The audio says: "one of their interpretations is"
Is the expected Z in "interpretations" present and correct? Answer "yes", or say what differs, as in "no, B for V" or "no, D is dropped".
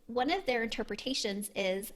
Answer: yes